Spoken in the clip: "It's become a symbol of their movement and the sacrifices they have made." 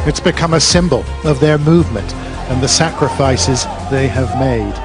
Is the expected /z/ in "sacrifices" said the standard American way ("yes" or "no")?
yes